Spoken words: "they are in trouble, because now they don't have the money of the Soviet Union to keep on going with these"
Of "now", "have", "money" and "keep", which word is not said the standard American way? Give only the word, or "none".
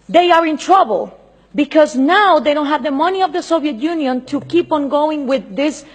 none